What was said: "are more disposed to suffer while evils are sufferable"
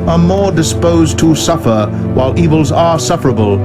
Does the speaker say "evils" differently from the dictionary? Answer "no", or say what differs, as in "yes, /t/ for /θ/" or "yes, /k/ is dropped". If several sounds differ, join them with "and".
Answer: no